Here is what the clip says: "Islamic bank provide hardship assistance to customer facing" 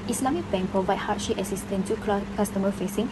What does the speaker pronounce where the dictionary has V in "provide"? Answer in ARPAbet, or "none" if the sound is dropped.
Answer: B